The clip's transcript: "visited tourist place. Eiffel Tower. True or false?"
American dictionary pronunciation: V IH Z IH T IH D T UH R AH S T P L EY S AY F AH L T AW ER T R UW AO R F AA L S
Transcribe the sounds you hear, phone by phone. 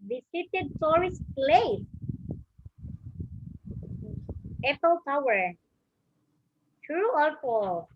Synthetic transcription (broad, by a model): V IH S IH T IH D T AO R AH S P L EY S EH P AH L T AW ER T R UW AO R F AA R